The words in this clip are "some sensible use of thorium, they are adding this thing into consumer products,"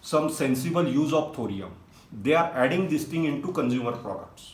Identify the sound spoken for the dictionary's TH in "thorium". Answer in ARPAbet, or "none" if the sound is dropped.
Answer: T